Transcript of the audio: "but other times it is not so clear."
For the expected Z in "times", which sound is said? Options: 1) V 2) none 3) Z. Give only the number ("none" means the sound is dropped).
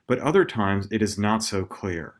3